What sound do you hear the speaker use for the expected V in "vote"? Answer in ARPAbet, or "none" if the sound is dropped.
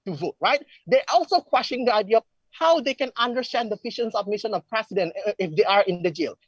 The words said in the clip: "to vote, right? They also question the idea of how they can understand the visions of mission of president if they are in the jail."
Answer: V